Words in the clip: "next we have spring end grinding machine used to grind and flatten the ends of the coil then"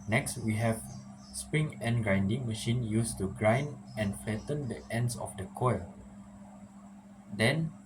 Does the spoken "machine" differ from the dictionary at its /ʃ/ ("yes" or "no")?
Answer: no